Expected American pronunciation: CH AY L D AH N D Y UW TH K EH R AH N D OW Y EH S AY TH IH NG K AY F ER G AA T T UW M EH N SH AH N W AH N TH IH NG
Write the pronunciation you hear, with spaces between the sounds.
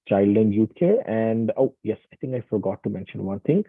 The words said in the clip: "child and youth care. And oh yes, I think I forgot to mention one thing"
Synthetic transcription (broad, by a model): CH AY L D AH N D Y UW T K EH R AH N D OW Y EH S AY T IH NG K AY F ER G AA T T UW M EH N SH AH N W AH N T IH NG